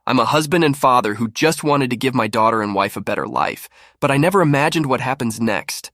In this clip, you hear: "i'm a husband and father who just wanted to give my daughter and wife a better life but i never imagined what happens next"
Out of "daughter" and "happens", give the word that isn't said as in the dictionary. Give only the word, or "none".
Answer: none